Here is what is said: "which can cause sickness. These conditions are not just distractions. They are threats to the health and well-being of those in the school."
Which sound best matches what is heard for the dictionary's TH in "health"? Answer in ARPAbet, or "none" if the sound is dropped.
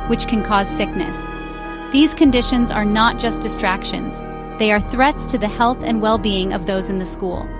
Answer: TH